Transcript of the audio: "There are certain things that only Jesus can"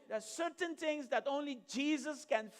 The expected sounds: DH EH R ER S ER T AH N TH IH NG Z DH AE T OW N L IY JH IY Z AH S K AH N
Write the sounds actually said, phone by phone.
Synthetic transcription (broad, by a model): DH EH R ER S ER T AH N T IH NG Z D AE T OW N L IY JH IY Z AH S K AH N